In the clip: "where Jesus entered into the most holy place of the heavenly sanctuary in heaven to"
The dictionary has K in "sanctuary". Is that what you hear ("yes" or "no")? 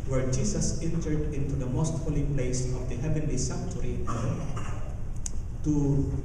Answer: no